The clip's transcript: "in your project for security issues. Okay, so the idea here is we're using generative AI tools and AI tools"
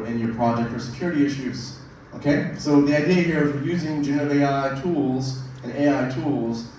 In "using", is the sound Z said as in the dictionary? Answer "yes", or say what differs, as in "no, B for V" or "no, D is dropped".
yes